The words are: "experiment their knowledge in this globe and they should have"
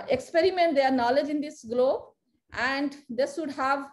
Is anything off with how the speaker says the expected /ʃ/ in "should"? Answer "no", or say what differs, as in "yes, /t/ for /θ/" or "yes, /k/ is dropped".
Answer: yes, /s/ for /ʃ/